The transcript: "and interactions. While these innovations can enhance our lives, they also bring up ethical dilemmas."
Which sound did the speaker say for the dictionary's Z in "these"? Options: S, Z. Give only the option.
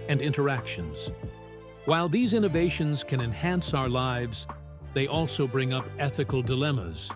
Z